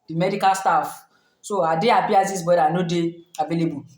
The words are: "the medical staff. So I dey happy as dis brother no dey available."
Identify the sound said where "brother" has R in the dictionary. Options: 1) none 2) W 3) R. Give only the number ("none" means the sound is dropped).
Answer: 1